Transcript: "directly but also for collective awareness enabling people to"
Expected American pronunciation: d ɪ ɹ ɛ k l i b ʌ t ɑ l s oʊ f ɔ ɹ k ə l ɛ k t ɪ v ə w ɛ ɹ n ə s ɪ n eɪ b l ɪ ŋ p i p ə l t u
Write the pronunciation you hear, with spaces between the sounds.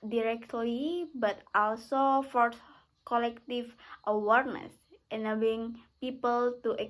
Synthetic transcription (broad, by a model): d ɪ ɹ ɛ k l i b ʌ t ɑ l s oʊ f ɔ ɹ k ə l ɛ k t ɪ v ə w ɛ ɹ n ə s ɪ n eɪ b ɪ ŋ p i p ə l t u